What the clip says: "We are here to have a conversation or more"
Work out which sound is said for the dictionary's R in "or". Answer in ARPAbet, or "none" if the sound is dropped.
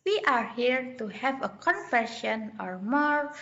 R